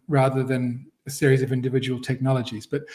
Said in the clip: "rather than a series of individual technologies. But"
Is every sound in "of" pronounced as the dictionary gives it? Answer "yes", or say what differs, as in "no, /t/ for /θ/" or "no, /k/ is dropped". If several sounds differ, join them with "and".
yes